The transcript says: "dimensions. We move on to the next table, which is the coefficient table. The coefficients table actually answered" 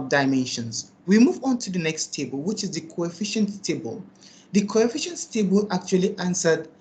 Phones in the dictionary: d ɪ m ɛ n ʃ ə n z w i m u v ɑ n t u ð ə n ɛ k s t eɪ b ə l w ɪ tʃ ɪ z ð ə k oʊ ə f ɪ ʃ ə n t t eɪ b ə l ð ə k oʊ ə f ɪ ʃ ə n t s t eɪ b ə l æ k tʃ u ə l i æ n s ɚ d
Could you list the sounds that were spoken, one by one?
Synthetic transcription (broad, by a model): d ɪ m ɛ n ʃ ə n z w i m u v ɑ n t u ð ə n ɛ k s t eɪ b ə l w ɪ tʃ ɪ z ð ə k oʊ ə f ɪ ʃ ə n t t eɪ b ə l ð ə k oʊ ə f ɪ ʃ ə n t s t eɪ b ə l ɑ k tʃ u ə l i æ n s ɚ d